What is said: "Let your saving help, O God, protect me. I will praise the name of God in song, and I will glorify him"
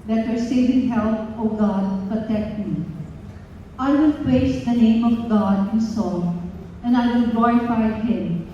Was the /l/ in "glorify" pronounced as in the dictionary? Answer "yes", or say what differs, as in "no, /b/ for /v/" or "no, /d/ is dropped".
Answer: no, /l/ is dropped